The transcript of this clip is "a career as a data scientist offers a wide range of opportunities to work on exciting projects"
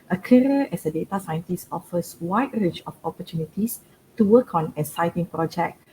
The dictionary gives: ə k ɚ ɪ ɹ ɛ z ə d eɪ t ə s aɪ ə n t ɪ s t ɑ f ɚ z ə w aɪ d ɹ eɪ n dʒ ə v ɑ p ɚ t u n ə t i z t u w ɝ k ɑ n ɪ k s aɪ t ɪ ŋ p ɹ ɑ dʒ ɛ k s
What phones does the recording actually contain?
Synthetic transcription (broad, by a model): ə k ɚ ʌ ɛ s ə d eɪ t ə s aɪ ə n t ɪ s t ɑ f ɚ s w aɪ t ɹ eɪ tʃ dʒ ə f ɑ p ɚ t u n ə t i s t u w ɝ k ɑ n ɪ s aɪ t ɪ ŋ p ɹ ɑ dʒ ɛ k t